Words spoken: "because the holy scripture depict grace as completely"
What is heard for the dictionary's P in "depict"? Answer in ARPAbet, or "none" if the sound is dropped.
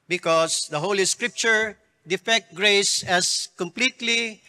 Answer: F